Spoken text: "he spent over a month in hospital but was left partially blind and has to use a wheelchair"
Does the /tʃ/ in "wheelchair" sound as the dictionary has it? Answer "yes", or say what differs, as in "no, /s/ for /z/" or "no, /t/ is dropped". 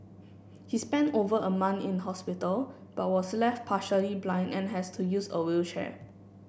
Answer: no, /ʃ/ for /tʃ/